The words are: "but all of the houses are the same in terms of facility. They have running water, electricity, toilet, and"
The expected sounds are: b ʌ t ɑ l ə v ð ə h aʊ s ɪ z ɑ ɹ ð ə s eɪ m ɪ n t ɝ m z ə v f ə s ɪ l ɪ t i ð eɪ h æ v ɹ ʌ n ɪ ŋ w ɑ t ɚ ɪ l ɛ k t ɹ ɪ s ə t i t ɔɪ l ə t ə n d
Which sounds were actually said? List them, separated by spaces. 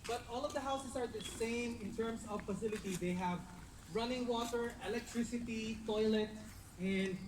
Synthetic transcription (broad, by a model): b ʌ t ɑ l ə v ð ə h aʊ s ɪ s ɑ ɹ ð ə s eɪ m ɪ n t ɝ m s ə v f ə s ɪ l ɪ t i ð eɪ h æ v ɹ ʌ n ɪ ŋ w ɑ t ɚ ɪ l ɛ k t ɹ ɪ s ə t i t ɔɪ l ə t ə n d